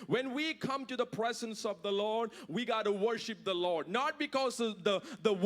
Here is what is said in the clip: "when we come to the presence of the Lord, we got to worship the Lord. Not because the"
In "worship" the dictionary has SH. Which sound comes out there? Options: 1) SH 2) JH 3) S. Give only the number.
1